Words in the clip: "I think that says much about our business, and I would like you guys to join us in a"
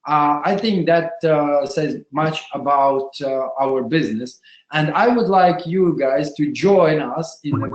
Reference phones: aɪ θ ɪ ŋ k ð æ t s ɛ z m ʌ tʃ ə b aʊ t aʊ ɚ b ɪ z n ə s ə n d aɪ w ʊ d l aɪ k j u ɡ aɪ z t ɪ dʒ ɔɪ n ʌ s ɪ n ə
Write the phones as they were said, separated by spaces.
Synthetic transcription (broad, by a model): aɪ θ ɪ ŋ k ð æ t s ɛ z m ʌ tʃ ə b aʊ t aʊ ɚ b ɪ z n ə s ə n d aɪ w ʊ d l aɪ k j u ɡ aɪ z t ɪ dʒ ɔɪ n ʌ s ɪ n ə